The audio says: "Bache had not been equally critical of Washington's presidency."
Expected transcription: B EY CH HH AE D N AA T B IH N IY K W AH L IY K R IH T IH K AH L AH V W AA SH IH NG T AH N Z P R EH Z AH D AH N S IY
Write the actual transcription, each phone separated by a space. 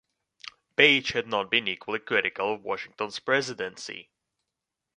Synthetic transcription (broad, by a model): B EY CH HH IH D N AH T B IH N IY K W AH L IY K R IH T IH K AH L AH V W AA SH IH NG T AH N Z P R EH Z AH D AH N S IY